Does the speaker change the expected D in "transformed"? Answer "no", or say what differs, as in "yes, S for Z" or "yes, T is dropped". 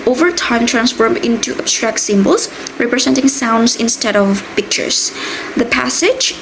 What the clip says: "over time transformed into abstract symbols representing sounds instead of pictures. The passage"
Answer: yes, D is dropped